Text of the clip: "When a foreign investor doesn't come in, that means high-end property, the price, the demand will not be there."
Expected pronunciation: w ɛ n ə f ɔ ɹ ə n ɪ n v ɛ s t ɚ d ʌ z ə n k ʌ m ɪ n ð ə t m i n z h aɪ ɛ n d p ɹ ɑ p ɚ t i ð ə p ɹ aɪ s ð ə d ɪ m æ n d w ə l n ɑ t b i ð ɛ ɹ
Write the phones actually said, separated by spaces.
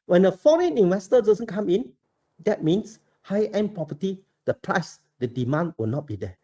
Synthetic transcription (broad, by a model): w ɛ n ə f ɔ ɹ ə n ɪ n w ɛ s t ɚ d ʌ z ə n k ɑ m ɪ n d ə t m i n s h aɪ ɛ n p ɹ ɑ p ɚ t i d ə p ɹ aɪ s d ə d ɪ m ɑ n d w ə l n ɑ t b i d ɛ